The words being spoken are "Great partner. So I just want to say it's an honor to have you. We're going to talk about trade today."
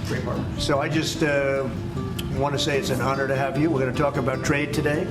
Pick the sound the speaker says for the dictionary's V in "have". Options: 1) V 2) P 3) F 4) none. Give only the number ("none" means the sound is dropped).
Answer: 1